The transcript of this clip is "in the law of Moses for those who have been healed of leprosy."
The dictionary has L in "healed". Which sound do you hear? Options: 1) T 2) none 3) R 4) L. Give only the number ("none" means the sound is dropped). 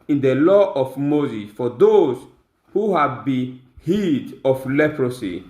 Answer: 2